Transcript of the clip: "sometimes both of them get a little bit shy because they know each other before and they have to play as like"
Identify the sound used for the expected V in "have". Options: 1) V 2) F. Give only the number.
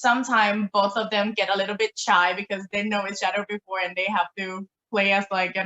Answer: 2